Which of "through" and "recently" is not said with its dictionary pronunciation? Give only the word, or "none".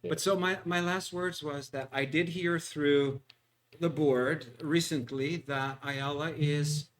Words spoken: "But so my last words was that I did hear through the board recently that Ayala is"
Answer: none